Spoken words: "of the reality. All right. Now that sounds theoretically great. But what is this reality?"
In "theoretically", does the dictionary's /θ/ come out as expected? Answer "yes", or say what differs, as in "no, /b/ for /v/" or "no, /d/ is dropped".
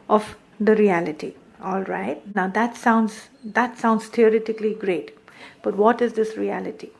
no, /t/ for /θ/